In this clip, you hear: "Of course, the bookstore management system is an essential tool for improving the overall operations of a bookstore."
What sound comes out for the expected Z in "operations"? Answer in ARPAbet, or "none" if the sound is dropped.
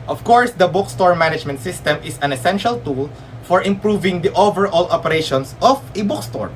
S